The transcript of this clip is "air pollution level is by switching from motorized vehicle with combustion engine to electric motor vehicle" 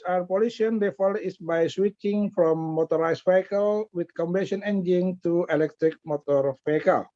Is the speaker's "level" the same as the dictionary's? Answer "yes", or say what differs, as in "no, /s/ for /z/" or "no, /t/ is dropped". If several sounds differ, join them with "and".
no, /f/ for /v/